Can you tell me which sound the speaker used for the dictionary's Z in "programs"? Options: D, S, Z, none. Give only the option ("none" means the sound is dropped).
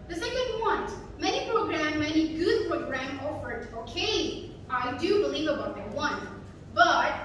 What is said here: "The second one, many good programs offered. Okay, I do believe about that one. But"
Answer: none